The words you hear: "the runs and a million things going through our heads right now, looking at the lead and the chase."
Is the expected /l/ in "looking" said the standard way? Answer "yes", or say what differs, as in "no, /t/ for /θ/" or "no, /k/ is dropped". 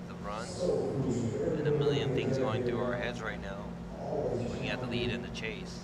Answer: no, /w/ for /l/